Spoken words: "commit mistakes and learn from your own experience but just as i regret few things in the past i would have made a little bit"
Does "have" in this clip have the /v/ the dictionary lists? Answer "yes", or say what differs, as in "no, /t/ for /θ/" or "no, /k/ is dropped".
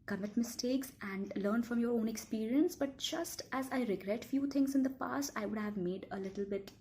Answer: yes